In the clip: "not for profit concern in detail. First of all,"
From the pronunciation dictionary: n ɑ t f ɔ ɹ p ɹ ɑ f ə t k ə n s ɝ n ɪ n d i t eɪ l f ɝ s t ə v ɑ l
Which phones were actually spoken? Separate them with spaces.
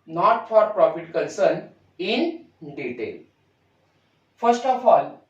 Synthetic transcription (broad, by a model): n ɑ t f ɔ ɹ p ɹ ɑ f ə t k ə n s ɝ n ɪ n d i t eɪ l f ɝ s t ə f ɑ l